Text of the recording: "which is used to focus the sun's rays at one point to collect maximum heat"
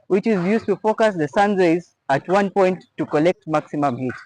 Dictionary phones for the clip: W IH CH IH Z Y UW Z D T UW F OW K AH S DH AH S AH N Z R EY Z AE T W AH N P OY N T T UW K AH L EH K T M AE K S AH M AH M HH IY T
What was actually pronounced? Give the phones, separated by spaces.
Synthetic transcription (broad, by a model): W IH CH IH Z Y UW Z T UW F OW K AH S DH AH S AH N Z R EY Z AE T W AH N P OY N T T UW K AH L EH K T M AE K S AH M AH M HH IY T